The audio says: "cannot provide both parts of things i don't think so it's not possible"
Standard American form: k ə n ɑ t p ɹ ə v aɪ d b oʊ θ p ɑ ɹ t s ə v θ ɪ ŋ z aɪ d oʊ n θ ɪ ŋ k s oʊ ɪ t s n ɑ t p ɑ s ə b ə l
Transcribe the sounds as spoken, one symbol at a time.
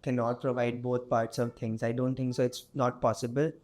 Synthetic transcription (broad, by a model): k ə n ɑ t p ɹ ə v aɪ d b oʊ t p ɑ ɹ t s ə v t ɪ ŋ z aɪ d oʊ n t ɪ ŋ k s oʊ ɪ t s n ɑ t p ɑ s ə b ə l